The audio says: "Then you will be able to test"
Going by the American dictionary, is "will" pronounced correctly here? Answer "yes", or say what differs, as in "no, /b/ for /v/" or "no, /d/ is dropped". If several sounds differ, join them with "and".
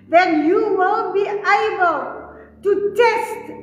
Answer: no, /n/ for /l/